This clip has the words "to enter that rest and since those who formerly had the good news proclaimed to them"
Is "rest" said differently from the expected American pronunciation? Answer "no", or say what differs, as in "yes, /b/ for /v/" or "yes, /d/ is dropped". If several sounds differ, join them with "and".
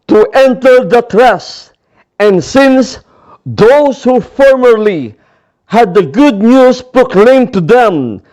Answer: yes, /t/ is dropped